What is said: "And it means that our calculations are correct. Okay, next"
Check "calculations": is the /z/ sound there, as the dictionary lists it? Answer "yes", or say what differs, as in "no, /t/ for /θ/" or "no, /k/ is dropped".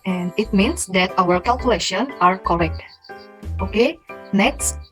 no, /z/ is dropped